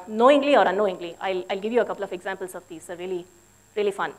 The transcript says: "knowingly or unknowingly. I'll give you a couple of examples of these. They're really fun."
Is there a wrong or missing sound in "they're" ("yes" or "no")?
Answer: yes